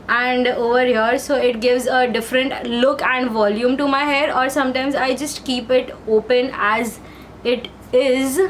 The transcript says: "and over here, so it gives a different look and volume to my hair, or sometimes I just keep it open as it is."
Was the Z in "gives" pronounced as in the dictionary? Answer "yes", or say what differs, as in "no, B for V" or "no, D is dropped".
yes